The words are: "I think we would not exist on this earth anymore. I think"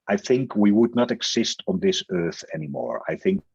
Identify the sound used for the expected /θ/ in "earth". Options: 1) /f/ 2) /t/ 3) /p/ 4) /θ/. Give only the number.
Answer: 4